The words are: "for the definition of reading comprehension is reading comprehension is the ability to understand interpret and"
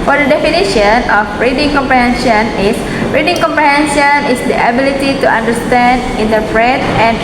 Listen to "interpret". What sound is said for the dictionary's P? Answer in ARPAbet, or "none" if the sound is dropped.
F